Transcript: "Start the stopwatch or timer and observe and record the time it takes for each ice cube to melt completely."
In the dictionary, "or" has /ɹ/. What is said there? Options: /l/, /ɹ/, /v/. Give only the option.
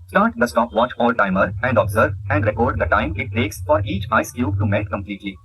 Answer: /l/